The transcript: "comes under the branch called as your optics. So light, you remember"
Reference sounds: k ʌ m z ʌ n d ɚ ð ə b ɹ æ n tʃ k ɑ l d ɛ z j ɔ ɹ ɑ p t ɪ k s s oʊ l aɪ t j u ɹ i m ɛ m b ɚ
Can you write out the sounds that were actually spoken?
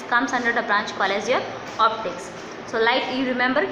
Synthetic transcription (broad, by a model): k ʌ m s ʌ n d ɚ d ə b ɹ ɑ n tʃ k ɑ l ɛ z j ɔ ɹ ɑ p t ɪ k s s oʊ l aɪ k j u ɹ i m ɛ m b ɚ